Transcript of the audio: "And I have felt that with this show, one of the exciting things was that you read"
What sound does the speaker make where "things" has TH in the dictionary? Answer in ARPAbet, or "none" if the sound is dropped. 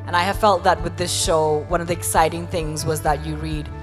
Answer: TH